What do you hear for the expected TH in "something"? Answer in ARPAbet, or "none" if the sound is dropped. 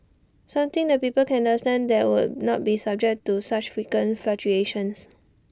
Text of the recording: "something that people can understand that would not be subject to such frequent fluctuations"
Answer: T